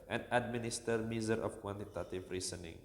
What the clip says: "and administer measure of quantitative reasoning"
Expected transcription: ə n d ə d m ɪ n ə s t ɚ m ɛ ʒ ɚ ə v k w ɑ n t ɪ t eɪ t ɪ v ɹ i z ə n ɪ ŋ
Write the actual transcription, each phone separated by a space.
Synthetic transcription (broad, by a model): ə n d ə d m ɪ n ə s t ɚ m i z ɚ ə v k w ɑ n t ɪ t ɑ t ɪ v ɹ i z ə n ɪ ŋ